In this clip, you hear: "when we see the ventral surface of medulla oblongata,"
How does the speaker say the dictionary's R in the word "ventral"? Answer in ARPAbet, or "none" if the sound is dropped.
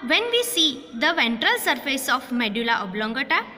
R